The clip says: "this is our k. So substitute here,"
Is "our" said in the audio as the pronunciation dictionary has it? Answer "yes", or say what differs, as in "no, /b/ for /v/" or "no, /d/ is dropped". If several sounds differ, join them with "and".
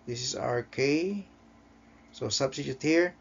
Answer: yes